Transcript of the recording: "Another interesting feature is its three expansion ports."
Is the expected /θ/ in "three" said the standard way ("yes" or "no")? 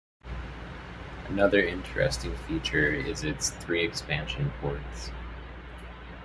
yes